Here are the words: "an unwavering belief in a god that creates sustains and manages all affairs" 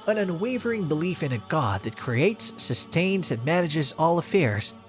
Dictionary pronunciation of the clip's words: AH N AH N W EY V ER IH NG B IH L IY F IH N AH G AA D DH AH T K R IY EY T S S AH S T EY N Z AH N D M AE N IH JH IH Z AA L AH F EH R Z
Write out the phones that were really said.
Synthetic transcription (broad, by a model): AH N AH N W EY V ER IH NG B IH L IY F IH N AH G AA D DH AH T K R IY EY T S S AH S T EY N Z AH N M AE N IH JH IH Z AA L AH F EH R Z